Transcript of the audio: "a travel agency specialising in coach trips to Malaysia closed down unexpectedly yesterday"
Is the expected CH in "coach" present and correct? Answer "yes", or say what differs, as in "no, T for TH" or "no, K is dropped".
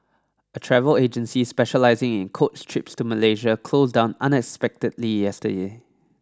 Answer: no, S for CH